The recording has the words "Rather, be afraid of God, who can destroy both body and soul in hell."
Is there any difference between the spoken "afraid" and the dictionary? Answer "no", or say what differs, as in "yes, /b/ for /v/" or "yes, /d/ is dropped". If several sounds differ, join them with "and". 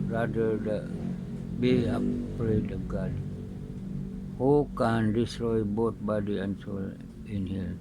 yes, /p/ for /f/